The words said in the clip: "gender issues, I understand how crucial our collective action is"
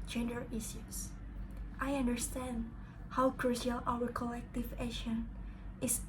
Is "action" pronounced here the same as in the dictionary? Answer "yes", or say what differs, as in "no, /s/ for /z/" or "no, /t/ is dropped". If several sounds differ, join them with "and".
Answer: no, /k/ is dropped